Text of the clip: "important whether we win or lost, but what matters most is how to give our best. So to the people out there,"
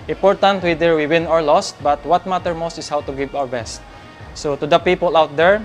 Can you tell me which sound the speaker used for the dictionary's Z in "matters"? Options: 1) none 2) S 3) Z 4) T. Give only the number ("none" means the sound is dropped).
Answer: 1